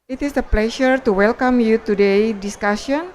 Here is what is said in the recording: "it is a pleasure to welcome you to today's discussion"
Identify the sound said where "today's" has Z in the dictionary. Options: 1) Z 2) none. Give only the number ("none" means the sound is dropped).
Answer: 2